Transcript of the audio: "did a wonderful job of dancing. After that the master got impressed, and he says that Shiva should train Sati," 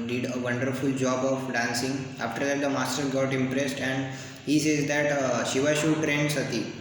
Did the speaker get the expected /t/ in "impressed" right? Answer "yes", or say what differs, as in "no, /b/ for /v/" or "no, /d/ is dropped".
yes